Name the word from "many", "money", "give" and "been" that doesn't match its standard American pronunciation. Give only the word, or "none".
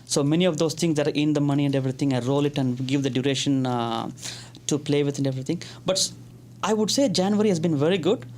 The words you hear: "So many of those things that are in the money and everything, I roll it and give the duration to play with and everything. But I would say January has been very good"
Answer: none